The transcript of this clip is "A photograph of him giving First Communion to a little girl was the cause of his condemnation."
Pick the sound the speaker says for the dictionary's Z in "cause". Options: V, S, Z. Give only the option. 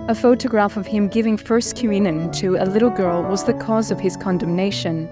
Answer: Z